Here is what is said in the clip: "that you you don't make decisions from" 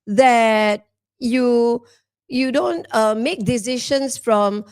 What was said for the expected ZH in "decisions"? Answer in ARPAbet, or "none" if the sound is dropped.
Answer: SH